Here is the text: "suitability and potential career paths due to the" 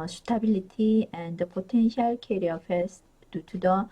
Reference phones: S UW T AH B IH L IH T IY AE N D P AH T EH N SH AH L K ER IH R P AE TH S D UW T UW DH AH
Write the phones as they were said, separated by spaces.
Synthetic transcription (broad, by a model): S T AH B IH L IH T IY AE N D P AH T EH N SH AH L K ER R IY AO F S D UW T UW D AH